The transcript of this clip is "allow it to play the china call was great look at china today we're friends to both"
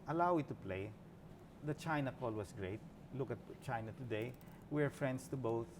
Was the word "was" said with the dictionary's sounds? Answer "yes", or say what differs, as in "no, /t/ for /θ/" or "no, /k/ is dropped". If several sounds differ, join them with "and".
no, /s/ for /z/